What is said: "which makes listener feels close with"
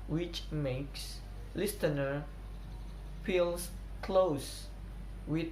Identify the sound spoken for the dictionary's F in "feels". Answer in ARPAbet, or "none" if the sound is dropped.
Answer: P